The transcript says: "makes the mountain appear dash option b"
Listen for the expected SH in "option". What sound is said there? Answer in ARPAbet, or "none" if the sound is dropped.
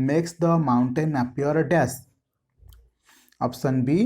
S